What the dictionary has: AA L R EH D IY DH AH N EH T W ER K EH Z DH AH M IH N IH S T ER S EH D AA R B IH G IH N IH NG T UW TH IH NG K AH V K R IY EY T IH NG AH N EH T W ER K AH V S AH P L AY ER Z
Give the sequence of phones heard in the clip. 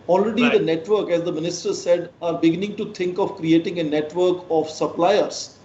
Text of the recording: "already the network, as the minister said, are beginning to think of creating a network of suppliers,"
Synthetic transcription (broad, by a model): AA L R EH D IY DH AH N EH T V ER K EH Z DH AH M IH N IH S T ER S EH D AA R B IH G IH N IH NG T UW T IH NG K AH V K R IY EY T IH NG AH N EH T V ER K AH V S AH P L AY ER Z